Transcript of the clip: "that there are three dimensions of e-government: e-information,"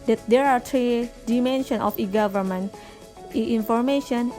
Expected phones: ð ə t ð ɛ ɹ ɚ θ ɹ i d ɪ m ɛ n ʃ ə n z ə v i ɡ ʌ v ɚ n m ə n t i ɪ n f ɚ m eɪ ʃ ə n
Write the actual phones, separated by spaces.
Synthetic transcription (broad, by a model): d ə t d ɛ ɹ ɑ t ɹ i d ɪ m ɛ n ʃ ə n ə f i ɡ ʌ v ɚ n m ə n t i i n f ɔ m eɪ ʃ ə n